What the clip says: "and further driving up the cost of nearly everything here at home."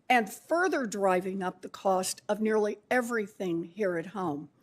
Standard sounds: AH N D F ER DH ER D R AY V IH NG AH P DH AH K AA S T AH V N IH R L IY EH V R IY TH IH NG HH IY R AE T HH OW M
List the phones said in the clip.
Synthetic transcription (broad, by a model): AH N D F ER DH ER D R AY V IH NG AH P DH AH K AA S T AH V N IH R L IY EH V R IY TH IH NG HH IY R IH T HH OW M